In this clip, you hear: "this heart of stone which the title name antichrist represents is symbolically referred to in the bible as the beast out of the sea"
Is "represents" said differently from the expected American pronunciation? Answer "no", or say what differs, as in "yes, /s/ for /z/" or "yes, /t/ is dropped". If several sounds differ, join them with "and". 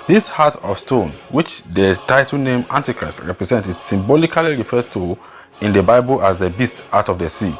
yes, /s/ is dropped